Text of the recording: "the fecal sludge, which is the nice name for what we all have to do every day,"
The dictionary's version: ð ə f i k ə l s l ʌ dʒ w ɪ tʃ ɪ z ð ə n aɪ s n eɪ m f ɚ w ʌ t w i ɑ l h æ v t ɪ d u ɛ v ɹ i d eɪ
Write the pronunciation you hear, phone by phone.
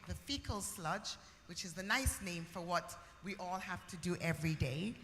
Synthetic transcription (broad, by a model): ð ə f i k ə l s l ʌ dʒ w ɪ tʃ ɪ z ð ə n aɪ s n eɪ m f ɚ w ʌ t w i ɑ l h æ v t ɪ d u ɛ v ɹ i d eɪ